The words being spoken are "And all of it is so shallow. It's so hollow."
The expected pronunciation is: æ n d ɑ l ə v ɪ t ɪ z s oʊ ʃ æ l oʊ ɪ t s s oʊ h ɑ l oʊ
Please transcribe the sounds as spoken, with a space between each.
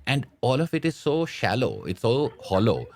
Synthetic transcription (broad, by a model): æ n d ɑ l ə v ɪ t ɪ z s oʊ ʃ æ l oʊ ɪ t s s oʊ h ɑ l oʊ